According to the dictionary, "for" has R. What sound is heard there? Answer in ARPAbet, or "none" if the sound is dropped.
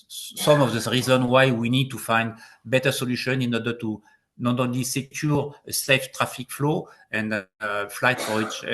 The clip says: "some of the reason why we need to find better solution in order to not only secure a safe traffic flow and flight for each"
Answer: W